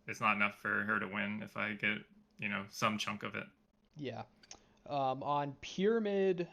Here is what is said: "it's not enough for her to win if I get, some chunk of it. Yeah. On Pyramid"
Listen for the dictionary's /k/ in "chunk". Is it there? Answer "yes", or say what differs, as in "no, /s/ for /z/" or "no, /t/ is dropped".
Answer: yes